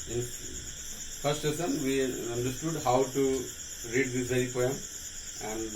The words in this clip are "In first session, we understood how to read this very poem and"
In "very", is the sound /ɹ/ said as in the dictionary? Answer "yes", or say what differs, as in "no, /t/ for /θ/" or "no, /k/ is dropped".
no, /ɹ/ is dropped